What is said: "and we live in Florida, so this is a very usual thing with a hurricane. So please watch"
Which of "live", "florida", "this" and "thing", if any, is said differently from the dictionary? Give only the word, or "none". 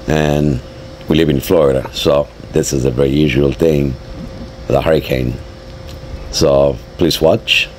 none